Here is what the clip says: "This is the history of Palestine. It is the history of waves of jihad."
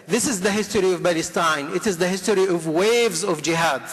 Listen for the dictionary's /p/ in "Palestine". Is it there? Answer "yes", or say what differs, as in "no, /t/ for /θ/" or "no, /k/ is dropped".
no, /b/ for /p/